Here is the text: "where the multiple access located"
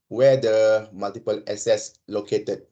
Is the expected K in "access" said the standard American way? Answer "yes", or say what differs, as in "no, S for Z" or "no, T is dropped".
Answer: no, K is dropped